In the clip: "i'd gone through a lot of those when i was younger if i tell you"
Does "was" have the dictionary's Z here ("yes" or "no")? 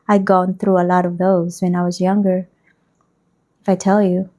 yes